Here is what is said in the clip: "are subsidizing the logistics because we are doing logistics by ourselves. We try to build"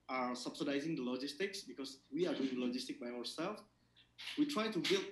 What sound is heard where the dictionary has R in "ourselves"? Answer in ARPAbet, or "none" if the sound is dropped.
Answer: W